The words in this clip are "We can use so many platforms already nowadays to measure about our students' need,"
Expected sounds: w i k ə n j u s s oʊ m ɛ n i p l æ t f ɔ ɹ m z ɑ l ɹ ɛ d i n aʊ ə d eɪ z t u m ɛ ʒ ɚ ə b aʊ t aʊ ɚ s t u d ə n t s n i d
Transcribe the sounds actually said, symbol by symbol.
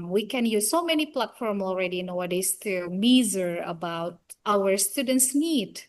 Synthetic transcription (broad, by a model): w i k ə n j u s s oʊ m ɛ n i p l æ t f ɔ ɹ m ɑ l ɹ ɛ d i n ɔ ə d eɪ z t u m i z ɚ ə b aʊ t aʊ ɚ s t u d ə n t s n i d